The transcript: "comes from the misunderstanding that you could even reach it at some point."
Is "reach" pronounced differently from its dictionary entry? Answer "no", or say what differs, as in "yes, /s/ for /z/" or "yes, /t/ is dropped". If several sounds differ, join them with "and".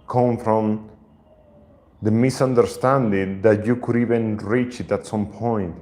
no